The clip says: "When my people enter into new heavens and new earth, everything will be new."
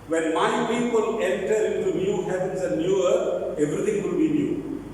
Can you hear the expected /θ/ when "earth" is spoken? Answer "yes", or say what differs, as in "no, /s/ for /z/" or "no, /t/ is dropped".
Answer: no, /t/ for /θ/